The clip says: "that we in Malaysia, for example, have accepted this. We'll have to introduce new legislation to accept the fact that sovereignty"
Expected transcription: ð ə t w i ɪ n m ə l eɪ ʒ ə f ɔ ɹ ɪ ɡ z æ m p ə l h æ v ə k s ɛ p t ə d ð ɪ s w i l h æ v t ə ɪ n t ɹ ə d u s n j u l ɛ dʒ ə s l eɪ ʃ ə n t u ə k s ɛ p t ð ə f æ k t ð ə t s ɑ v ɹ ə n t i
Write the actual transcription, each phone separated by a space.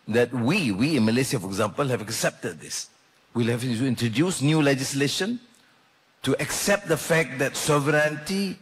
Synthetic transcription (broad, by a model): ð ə t w i ɪ n m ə l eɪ s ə f ɔ ɹ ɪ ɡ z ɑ m p ə l h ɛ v ə k s ɛ p t ə d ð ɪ s w i l h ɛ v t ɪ n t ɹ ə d u s n j u l ɛ dʒ ə s l eɪ ʃ ə n t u ə k s ɛ p t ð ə f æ k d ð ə t s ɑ v ɹ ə n t i